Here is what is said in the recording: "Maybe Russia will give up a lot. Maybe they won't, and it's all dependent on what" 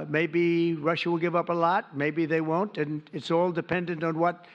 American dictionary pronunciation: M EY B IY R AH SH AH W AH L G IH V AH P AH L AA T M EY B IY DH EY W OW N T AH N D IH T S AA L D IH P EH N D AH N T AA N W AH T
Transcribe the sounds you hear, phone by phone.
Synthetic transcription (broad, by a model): M EY B IY R AH SH AH W AH L G IH V AH P AH L AA T M EY B IY DH EY W OW N T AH N IH T S AA L D IH P EH N D AH N T N W AH T